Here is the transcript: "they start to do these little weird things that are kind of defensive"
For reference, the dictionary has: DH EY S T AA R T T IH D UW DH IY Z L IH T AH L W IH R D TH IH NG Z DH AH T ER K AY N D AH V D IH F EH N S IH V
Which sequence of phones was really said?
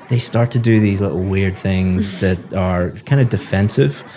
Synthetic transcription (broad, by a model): DH EY S T AA R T T IH D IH DH IY Z L IH T L W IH R D TH IH NG Z DH AH T ER K AY N D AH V D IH F EH N S IH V